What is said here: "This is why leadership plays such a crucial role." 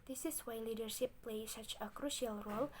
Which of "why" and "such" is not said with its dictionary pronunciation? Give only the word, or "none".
none